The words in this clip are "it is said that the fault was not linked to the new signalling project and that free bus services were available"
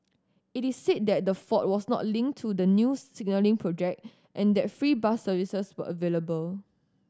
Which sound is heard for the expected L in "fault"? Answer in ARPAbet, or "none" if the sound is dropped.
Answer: none